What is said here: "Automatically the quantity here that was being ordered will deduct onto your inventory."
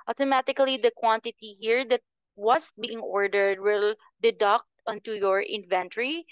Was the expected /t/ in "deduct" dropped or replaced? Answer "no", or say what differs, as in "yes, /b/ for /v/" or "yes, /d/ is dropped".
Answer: no